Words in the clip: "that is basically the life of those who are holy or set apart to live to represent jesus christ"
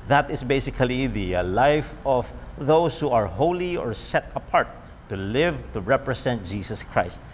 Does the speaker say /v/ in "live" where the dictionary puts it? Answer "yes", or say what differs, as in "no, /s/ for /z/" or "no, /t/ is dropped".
yes